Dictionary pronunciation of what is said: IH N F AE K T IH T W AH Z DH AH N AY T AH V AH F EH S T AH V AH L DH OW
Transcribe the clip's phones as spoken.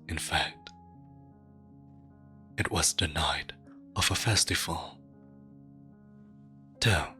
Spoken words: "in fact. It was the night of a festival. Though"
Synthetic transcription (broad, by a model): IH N F AE K T IH T W AH Z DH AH N AY T AH V AH F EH S T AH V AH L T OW